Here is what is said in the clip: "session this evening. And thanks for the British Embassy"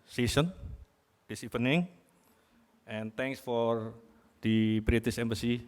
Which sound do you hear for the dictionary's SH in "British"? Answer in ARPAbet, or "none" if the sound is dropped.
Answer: S